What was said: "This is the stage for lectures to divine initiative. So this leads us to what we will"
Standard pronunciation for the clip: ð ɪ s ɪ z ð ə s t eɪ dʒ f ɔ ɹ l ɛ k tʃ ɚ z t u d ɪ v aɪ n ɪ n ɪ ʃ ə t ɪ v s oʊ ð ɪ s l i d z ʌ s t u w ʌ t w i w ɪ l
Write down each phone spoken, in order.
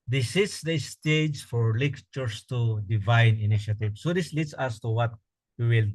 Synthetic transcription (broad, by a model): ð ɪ s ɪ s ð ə s t eɪ dʒ f ɔ ɹ l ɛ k tʃ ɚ s t u d ɪ v aɪ n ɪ n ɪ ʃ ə t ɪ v s oʊ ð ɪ s l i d s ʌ s t u w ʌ t w i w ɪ l